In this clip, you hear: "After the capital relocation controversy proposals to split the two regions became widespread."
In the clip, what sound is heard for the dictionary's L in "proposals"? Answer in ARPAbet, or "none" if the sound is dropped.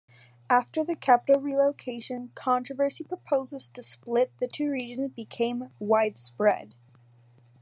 none